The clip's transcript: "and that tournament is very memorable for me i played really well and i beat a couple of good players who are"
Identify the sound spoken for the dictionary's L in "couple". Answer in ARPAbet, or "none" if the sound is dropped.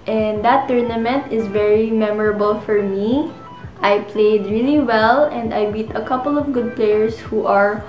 L